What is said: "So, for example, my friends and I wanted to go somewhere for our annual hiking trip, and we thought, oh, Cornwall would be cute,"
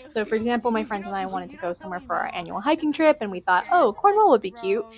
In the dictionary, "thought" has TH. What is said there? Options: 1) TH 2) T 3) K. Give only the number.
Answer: 1